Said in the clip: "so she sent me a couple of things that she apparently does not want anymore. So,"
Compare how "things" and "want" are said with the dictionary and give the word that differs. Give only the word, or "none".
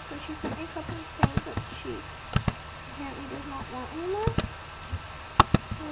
things